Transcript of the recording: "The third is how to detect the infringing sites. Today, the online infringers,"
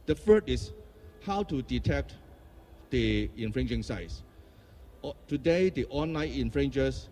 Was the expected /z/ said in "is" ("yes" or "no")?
no